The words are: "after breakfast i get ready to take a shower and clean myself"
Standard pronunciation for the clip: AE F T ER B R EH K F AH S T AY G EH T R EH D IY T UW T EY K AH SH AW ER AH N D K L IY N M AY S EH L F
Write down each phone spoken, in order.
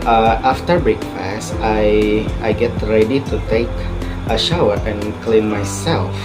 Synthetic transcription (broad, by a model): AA F T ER B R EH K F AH S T AY G EH T R EH D IY T UW T EY K AH SH AW ER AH N K L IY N M AY S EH L F